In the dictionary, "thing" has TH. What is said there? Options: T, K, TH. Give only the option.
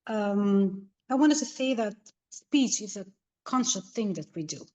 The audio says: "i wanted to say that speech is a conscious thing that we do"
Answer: TH